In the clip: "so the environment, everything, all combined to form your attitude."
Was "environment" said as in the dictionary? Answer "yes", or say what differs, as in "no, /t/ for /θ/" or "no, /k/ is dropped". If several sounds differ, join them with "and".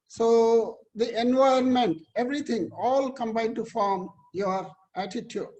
no, /ɹ/ is dropped